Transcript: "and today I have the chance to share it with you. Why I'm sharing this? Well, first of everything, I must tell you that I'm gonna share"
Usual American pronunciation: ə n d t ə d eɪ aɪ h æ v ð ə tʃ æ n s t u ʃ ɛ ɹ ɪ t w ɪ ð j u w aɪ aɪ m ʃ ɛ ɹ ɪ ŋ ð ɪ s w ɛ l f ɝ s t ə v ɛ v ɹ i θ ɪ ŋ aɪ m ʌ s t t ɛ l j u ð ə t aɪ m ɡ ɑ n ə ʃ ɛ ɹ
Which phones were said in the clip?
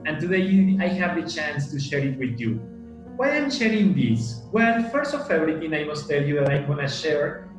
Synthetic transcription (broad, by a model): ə n t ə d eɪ aɪ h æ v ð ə tʃ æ n s t u ʃ ɛ ɹ ɪ t w ɪ ð j u w aɪ aɪ m ʃ ɛ ɹ ɪ ŋ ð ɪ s w ɛ l f ɝ s t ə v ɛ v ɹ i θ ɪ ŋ aɪ m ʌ s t t ɛ l j u ð ə t aɪ m ɡ ɑ n ə ʃ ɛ ɹ